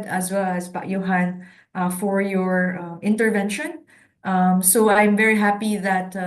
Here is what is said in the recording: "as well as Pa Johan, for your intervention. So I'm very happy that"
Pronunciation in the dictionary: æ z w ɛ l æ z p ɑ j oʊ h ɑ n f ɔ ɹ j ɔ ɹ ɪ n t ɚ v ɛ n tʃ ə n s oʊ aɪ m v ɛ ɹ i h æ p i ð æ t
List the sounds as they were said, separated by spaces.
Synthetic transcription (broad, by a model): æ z w ɛ l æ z b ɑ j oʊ h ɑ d f ɔ ɹ j ɔ ɹ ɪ n t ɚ v ɛ n ʃ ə n s oʊ aɪ m v ɛ ɹ i h æ p i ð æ t